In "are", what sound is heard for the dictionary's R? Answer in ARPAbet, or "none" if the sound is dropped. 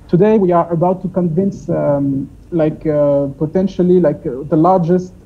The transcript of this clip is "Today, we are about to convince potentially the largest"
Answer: R